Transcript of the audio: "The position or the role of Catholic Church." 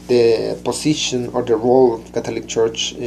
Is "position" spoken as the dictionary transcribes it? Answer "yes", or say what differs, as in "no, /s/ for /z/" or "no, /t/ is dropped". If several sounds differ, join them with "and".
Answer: no, /s/ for /z/